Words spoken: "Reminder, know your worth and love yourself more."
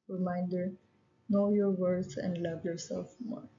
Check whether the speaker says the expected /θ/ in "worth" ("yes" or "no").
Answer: no